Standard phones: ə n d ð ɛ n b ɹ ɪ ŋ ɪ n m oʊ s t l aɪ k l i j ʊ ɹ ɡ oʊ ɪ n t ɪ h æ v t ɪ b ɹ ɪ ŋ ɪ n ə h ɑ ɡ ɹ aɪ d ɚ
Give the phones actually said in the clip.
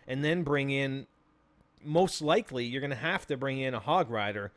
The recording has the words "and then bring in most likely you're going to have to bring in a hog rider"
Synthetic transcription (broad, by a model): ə n ð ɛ n b ɹ ɪ ŋ ɪ n m oʊ s t l aɪ k l i j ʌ ɹ ɡ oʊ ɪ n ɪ h æ f t ɪ b ɹ ɪ ŋ ɪ n ə h ɑ ɡ ɹ aɪ d ɚ